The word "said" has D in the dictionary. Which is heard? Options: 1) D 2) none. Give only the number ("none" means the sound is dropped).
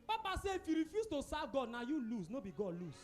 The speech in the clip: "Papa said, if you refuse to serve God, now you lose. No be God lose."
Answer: 2